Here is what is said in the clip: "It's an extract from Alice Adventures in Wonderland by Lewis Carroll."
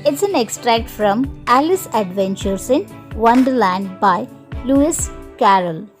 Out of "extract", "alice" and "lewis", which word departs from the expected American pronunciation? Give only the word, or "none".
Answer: none